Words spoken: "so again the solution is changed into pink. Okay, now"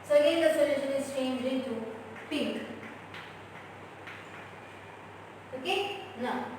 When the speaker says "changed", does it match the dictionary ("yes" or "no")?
no